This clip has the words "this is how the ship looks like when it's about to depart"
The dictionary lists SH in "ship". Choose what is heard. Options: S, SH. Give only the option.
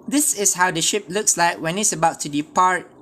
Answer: SH